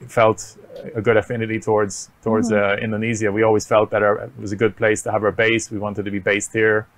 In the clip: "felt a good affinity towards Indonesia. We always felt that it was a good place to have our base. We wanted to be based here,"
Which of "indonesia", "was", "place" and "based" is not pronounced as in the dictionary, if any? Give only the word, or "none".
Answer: indonesia